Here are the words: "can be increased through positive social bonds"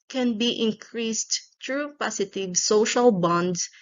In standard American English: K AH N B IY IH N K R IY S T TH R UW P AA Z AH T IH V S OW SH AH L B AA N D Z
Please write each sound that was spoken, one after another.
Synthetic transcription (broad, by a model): K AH N B IY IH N K R IY S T T R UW P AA S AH T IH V S OW SH AH L B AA N D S